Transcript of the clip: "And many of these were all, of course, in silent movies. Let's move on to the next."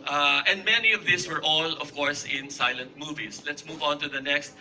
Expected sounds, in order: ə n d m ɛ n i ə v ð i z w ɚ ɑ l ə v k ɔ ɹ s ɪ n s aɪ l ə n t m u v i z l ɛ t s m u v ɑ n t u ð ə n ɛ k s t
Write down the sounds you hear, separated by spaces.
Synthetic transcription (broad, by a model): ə n d m ɛ n i ə v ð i s w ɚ ɑ l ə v k ɔ ɹ s ɪ n s aɪ l ə n t m u v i s l ɛ t s m u v ɑ n t u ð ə n ɛ k s t